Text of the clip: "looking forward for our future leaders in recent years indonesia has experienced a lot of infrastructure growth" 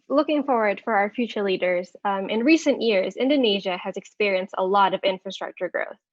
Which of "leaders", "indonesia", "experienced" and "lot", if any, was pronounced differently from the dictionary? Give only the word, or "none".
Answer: none